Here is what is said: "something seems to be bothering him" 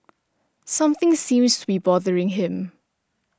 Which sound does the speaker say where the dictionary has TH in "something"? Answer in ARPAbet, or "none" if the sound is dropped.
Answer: TH